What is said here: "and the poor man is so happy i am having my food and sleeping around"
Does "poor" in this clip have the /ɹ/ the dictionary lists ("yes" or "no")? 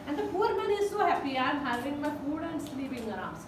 yes